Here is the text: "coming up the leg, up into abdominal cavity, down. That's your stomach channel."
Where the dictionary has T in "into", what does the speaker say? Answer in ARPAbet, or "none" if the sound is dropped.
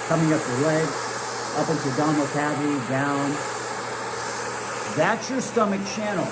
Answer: T